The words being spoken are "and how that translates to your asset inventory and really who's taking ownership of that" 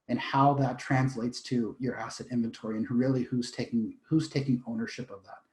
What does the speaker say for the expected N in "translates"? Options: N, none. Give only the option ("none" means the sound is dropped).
N